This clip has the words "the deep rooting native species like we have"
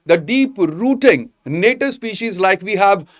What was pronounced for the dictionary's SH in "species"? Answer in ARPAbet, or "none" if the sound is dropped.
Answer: SH